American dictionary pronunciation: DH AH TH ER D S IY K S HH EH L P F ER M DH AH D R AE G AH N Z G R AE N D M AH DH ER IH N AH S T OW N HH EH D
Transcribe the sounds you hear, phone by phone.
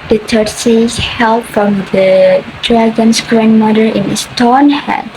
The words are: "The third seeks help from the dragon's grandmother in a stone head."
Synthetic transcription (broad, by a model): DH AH T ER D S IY S HH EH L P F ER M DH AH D R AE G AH N S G R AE N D M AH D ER IH N AH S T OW N HH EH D